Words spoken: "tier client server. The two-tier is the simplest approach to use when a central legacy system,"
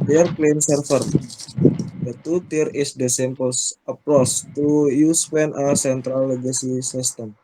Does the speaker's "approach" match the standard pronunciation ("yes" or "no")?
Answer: no